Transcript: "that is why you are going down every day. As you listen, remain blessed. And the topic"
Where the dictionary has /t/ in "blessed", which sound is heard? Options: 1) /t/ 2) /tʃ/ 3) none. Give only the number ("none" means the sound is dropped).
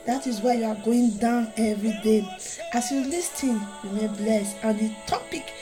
3